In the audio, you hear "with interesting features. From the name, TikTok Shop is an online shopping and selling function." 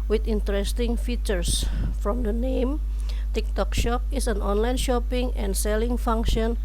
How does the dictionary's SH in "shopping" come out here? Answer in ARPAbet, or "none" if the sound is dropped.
SH